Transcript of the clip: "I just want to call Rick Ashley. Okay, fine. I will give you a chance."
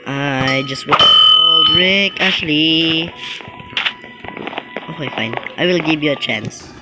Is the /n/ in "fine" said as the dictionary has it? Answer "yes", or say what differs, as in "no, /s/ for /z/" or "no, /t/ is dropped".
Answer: yes